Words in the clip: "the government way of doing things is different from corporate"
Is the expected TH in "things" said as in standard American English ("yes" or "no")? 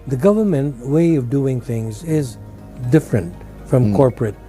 yes